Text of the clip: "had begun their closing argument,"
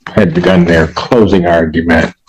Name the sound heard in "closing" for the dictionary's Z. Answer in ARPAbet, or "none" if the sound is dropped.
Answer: Z